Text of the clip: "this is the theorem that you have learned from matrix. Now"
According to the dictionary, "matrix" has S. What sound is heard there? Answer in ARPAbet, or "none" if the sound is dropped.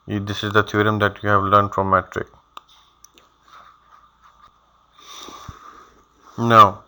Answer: none